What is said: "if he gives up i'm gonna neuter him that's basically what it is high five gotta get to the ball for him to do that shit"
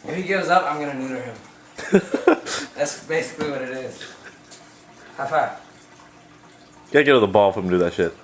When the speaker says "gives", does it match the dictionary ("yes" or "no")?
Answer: no